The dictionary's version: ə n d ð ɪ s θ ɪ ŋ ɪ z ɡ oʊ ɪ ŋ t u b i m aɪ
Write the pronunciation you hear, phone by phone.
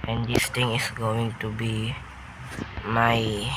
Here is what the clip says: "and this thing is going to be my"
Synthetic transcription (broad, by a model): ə n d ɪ s t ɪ ŋ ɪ s ɡ oʊ ɪ ŋ t u b i m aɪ